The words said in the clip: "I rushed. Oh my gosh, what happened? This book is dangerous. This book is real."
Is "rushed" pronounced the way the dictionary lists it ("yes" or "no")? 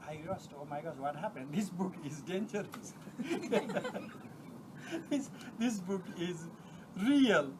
no